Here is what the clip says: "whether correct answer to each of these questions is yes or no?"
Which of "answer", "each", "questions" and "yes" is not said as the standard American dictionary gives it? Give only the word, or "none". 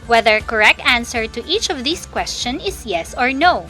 questions